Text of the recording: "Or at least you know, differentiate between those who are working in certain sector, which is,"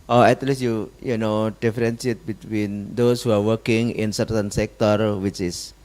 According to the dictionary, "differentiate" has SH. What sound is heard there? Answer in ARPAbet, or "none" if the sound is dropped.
S